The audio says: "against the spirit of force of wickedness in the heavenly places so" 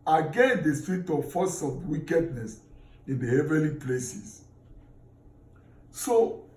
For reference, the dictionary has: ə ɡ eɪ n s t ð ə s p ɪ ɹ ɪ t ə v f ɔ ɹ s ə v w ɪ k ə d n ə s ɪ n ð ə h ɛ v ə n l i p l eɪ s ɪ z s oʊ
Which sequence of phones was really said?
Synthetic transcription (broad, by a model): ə ɡ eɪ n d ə s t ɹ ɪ t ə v f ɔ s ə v w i k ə d n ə s ɪ n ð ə h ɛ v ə l i p l eɪ s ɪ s s oʊ